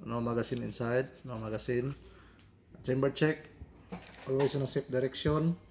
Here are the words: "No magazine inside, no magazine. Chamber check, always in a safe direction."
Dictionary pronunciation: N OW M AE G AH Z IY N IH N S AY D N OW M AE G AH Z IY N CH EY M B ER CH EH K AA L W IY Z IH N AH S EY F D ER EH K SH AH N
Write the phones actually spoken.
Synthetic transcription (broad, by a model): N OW M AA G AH S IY N IH N S AY D N OW M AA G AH S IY N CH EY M B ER CH EH K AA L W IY S IH N AH S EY P D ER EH K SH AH N